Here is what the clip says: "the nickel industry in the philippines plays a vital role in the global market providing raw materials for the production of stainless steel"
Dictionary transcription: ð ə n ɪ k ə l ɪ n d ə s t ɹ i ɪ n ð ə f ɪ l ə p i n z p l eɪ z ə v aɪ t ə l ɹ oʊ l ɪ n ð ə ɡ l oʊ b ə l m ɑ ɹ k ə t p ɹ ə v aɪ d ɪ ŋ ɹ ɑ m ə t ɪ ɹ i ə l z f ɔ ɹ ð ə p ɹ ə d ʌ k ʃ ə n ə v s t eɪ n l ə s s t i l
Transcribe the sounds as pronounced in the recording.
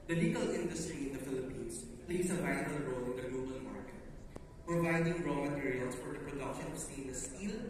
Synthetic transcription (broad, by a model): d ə l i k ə l ɪ n d ə s t ɹ i ɪ n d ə f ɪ l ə p i n s p l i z ə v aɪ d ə ɹ oʊ l ɪ n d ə ɡ l oʊ b ə l m ɑ ɹ k ə t p ɹ ə v aɪ d ɪ ŋ ɹ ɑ m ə t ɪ ɹ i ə l s f ɔ ɹ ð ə p ɹ ə d ʌ k ʃ ə n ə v s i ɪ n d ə s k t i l